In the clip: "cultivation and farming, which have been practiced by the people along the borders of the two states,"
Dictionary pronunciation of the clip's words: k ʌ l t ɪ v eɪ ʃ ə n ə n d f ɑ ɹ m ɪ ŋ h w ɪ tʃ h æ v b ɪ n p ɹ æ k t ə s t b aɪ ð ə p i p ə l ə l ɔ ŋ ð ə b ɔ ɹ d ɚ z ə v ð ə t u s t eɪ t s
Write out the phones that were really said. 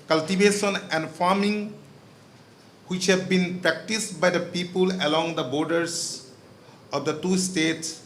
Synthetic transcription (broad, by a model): k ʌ l t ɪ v eɪ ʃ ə n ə n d f ɑ ɹ m ɪ ŋ h w ɪ tʃ h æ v b ɪ n p ɹ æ k t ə s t b aɪ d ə p i p ə l ə l ɔ ŋ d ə b ɔ ɹ d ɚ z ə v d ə t u s t eɪ t s